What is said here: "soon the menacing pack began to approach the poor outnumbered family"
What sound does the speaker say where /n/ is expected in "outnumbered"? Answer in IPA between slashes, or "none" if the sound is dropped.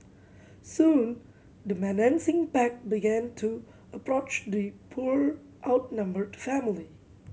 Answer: /n/